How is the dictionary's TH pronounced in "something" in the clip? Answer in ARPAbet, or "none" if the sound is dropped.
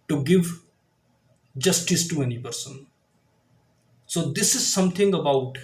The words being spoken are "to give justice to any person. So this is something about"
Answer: T